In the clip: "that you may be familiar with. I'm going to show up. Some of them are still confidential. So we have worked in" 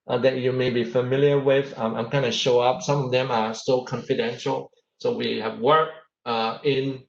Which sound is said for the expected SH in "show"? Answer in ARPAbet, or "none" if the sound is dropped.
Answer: SH